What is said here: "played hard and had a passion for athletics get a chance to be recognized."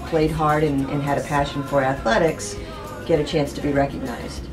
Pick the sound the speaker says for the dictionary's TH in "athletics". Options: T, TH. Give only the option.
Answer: TH